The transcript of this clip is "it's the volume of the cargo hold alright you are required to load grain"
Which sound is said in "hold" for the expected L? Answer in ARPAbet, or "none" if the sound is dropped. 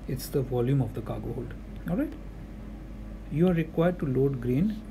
L